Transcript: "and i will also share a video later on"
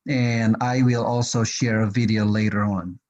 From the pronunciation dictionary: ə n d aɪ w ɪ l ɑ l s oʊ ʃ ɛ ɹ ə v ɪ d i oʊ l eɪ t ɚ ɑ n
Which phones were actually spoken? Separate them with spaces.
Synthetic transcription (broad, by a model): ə n aɪ w ɪ l ɑ l s oʊ ʃ ɛ ɹ ə v ɪ d i oʊ l eɪ t ɚ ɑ n